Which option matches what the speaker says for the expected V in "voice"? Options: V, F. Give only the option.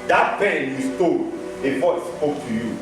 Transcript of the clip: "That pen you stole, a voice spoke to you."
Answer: F